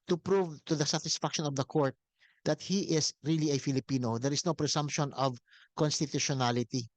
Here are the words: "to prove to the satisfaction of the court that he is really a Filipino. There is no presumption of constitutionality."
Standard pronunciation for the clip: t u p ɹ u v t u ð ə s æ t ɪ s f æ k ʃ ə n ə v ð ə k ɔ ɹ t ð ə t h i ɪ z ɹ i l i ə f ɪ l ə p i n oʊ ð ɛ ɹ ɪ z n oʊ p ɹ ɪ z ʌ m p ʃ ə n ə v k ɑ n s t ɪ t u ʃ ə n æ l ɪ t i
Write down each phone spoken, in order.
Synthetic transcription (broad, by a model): t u p ɹ u v t u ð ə s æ t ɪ s f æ k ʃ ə n ə v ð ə k ɔ ɹ t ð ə t h i ɪ s ɹ i l i ə f ɪ l ə p i n oʊ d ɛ ɹ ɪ s n oʊ p ɹ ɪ s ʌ m p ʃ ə n ə v k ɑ n s t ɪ t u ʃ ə n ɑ l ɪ t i